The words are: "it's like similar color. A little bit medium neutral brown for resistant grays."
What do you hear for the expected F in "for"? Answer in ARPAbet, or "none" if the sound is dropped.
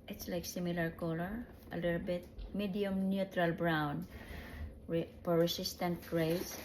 P